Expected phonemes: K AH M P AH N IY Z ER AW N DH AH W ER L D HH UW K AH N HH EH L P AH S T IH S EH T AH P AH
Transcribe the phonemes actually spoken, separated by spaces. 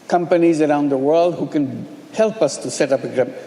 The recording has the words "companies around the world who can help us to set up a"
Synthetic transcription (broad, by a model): K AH M P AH N IY Z ER AW N DH AH W ER L D HH UW K AH N HH EH L P AH S T IH S EH T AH P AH